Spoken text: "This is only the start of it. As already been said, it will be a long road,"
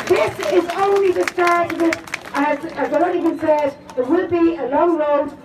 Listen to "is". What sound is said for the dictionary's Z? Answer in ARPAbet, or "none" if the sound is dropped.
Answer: Z